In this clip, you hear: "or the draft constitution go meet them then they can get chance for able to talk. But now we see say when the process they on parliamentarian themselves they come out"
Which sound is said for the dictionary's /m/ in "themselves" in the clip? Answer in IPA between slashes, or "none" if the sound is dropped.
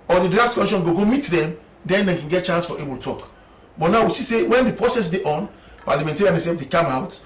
none